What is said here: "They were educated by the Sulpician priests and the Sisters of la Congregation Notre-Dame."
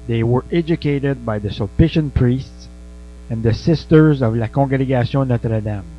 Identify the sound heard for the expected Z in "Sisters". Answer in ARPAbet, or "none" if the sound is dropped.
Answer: Z